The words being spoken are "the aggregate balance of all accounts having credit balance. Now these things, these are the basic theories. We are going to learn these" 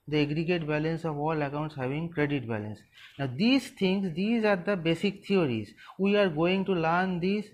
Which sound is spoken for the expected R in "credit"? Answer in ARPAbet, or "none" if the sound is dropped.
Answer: R